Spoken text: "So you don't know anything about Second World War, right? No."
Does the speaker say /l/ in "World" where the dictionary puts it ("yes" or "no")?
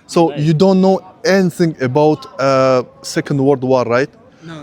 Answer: no